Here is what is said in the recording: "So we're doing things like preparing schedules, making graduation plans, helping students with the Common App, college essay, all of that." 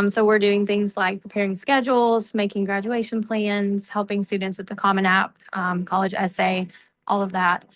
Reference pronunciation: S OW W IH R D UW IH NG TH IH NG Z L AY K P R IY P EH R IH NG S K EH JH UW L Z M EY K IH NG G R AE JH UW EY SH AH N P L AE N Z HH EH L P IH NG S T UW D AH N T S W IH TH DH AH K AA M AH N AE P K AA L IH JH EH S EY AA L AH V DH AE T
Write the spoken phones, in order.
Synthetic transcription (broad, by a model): S OW W IH R D UW IH NG TH IH NG Z L AY K P R IY P EH R IH NG S K EH JH L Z M EY K IH NG G R AE JH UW EY SH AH N P L AE N Z HH EH L P IH NG S T UW D N T S W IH DH AH K AA M AH N AE P K AA L IH JH EH S EY AA L AH V DH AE T